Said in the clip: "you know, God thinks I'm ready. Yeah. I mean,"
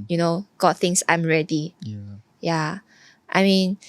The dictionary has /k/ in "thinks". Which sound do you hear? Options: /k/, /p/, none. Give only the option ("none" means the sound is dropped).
none